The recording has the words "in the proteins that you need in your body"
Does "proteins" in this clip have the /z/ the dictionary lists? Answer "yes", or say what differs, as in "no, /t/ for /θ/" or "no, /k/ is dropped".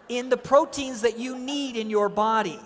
yes